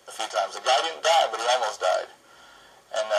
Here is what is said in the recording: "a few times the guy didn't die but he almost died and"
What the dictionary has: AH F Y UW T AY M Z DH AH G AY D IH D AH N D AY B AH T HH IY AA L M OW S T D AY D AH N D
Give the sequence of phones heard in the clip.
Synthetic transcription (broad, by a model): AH F Y UW T AY M Z DH AH G AY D IH D N D AY B AH T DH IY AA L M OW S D AY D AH N